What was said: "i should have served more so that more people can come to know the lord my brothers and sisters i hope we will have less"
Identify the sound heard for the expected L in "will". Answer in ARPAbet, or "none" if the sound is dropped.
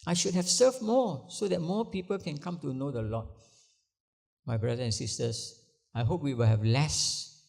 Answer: L